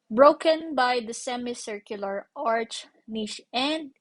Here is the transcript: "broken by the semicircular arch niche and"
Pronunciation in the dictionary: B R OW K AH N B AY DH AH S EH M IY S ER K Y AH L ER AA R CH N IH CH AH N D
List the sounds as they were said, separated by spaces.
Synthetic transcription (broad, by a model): B R OW K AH N B AY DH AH S EH M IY S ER K Y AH L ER AA R CH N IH SH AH N D